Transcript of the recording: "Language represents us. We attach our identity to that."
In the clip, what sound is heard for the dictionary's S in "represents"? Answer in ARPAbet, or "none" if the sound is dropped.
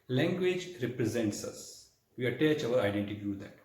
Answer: S